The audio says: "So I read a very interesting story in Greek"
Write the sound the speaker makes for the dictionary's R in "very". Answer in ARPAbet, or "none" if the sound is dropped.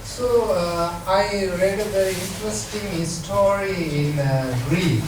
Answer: none